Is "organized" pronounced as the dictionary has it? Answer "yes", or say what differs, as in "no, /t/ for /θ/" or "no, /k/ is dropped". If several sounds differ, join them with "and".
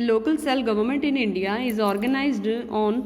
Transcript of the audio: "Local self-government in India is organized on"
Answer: yes